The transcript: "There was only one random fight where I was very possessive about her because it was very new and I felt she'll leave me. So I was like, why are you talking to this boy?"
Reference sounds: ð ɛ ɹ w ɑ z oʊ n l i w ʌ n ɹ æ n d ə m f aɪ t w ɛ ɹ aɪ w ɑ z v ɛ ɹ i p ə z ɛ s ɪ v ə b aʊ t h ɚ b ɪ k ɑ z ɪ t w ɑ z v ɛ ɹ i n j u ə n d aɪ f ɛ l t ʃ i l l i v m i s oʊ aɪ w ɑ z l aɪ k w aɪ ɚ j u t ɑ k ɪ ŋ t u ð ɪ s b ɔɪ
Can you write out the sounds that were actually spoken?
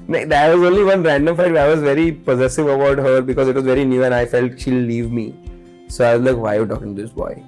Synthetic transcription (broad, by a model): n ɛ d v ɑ z oʊ n l i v ʌ n ɹ æ n d ə m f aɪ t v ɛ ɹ aɪ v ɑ z v ɛ ɹ i p ə z ɛ s ɪ v ə b aʊ t h ɚ b ɪ k ɑ z ɪ t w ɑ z v ɛ ɹ i n j u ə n aɪ f ɛ l t ʃ i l l i v m i s oʊ aɪ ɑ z l aɪ k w aɪ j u t ɑ k ɪ ŋ t u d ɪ s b ɔɪ